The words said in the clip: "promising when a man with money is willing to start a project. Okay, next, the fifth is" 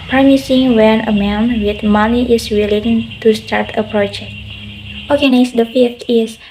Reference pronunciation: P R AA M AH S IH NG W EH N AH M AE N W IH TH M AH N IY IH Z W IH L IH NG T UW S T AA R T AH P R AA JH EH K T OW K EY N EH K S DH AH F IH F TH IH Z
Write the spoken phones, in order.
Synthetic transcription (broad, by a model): P R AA M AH S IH NG W EH N AH M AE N W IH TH M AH N IY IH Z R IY L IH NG T UW S T AA R T AH P R AA JH EH K T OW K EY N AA S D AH F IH F T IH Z